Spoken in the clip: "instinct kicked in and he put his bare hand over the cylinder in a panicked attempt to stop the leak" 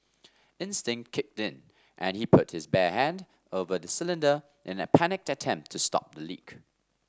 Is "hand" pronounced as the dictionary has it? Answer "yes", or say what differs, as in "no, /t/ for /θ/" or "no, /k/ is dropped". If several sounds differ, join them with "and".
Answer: yes